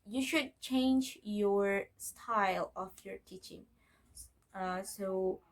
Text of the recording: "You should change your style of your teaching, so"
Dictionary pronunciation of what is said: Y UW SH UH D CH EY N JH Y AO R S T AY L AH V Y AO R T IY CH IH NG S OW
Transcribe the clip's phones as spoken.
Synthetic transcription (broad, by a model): Y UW SH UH D CH EY N JH Y AO R S T AY L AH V Y AO R T IY CH IH NG S OW